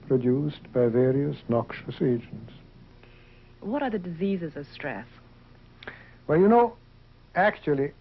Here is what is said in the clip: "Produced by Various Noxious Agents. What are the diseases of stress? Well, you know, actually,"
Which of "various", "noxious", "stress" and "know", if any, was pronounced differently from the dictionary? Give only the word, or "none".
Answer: none